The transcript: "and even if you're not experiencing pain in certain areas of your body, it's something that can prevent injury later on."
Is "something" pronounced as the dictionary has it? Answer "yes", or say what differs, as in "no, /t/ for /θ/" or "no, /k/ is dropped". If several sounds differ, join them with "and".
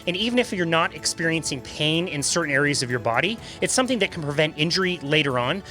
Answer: yes